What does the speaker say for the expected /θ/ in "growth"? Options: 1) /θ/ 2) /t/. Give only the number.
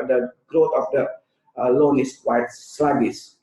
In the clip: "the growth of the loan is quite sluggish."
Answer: 2